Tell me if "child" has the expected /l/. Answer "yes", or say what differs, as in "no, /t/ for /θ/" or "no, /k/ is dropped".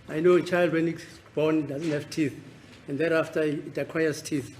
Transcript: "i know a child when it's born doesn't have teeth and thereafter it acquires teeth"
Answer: yes